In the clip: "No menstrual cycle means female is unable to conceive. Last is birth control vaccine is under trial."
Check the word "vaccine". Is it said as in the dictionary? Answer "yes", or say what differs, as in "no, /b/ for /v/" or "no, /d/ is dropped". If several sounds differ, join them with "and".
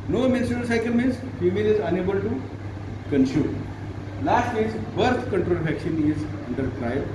no, /ʃ/ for /s/